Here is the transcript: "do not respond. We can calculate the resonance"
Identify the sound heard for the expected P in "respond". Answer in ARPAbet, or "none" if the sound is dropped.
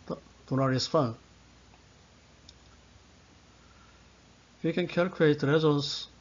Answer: F